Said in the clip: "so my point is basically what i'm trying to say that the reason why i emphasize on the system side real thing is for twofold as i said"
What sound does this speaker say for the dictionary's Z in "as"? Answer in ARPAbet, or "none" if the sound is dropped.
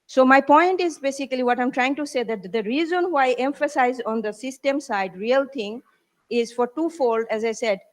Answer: Z